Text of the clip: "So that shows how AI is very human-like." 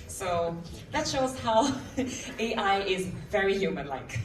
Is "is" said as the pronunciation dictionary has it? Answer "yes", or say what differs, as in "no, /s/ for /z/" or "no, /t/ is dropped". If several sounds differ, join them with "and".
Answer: yes